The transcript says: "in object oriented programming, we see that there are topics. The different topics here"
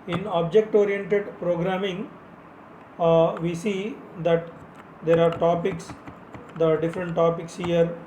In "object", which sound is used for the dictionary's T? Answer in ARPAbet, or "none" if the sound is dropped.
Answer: T